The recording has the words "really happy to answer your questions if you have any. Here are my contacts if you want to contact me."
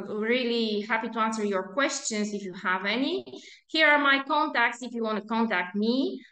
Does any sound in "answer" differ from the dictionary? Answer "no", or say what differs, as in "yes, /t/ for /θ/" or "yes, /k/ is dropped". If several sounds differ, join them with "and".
no